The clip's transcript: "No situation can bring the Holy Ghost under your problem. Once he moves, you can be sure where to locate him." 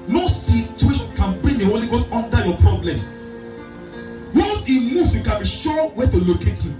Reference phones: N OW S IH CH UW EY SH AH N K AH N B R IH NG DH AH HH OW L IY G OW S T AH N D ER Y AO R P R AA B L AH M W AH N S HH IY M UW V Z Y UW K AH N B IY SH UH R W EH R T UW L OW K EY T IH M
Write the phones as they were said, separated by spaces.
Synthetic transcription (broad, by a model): N OW S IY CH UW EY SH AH N K AH N B R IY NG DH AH HH OW L IY G OW S T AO N D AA Y AO P R AA B L AH M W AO S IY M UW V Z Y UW K AH N B IY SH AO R W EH T UW L OW K EY T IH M